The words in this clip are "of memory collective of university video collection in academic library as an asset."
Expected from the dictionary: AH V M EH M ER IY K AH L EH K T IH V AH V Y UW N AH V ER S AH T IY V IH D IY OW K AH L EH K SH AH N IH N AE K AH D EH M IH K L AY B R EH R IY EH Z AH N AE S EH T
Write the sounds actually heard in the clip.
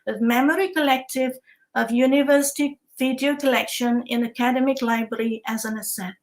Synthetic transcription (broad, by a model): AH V M EH M ER IY K AH L EH K T IH V AH V Y UW N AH V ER S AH T IY V IH D IY OW K AH L EH K SH AH N IH N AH K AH D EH M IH K L AY B R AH R IY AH Z AH N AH S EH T